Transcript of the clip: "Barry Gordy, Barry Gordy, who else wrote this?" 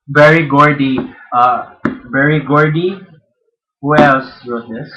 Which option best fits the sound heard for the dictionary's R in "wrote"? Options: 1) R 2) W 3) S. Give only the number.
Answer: 2